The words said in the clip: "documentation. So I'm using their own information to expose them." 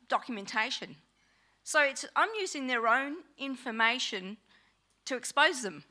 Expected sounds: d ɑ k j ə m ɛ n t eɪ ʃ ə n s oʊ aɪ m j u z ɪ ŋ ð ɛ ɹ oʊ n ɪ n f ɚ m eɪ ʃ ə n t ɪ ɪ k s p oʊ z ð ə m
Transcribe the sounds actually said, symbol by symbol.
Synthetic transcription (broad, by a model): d ɑ k j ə m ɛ n t eɪ ʃ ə n s oʊ aɪ m j u z ɪ ŋ ð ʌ ɹ oʊ n ɪ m f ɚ m eɪ ʃ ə n t ɪ ɪ k s p oʊ z ð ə m